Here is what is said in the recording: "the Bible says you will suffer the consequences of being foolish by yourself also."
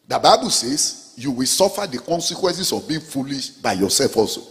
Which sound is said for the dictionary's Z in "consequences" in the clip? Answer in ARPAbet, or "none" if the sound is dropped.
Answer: S